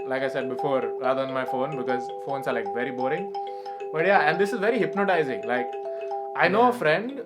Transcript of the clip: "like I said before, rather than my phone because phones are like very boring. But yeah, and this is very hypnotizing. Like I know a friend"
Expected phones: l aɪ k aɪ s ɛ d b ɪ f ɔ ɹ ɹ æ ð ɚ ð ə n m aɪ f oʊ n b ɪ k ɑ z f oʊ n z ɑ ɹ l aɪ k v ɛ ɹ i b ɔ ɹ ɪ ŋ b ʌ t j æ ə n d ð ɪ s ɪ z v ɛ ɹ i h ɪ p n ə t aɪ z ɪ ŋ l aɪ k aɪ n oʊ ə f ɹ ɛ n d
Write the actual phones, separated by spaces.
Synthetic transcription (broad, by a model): l aɪ k aɪ s ɛ d b ɪ f ɔ ɹ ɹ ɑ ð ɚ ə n m aɪ f oʊ n b ɪ k ɑ z f oʊ n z ɑ ɹ l aɪ k v ɛ ɹ i b ɔ ɹ ɪ ŋ b ʌ t j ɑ ə n d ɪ s ɪ z v ɛ ɹ i h ɪ p n ə t aɪ z ɪ ŋ l aɪ k aɪ n oʊ ə f ɹ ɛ n d